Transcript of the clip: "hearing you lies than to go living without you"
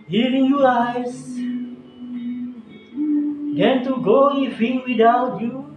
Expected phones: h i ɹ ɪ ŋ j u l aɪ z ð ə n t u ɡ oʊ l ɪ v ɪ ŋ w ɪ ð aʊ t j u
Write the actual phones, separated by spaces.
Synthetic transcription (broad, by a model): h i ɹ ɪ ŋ j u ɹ aɪ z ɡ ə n t u ɡ oʊ n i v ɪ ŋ w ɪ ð aʊ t j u